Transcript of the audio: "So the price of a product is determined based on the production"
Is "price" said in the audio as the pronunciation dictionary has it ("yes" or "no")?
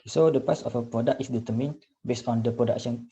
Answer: no